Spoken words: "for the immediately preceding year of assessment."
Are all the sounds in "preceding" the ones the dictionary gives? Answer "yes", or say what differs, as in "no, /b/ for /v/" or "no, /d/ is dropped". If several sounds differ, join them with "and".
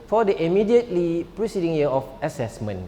yes